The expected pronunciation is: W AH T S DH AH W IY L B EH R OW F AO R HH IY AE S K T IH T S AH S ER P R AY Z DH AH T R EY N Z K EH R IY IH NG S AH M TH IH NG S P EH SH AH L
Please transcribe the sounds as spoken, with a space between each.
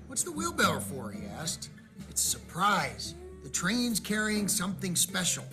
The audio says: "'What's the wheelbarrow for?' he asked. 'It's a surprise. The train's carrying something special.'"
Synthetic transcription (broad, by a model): W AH T S DH AH W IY L B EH L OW F AO R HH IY AE S K T IH T S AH S ER P R AY Z DH AH T R EY N Z K EH R IY IH NG S AH M TH IH NG S P EH SH L